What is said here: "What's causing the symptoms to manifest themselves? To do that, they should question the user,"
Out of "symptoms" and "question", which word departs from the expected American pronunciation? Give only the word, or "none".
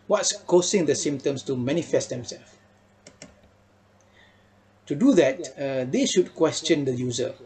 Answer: symptoms